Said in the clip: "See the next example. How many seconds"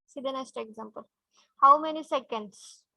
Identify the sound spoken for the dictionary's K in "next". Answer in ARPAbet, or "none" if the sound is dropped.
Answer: none